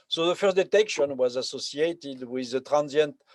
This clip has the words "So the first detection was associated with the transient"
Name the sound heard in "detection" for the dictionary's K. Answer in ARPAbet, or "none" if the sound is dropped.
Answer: K